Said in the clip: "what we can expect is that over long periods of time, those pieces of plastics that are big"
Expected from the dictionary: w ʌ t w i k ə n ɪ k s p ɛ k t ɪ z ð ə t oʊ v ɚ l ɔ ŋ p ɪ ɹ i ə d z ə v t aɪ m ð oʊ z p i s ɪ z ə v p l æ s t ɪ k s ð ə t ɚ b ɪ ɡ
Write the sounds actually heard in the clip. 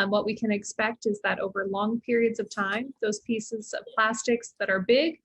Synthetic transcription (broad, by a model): w ʌ t w i k ə n ɪ k s p ɛ k t ɪ z ð ə t oʊ v ɚ l ɔ ŋ p ɪ ɹ i ə d z ə v t aɪ m ð oʊ z p i s ɪ z ə v p l æ s t ɪ k s ð ə t ɚ b ɪ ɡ